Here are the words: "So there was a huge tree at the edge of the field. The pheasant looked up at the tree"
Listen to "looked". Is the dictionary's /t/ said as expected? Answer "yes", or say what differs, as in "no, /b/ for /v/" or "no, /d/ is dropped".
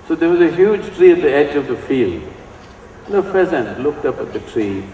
yes